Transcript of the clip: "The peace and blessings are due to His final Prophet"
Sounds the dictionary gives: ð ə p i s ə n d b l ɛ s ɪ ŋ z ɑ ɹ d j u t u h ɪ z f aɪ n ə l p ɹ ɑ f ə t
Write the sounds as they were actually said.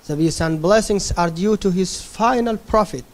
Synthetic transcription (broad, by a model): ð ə b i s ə n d b l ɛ s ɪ ŋ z ɑ ɹ d j u t u h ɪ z f aɪ n ə l p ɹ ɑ f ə t